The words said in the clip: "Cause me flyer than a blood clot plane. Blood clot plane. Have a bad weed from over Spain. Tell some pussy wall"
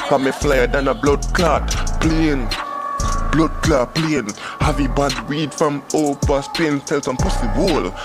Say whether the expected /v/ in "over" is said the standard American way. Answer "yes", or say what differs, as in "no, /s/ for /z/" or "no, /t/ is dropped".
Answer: no, /p/ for /v/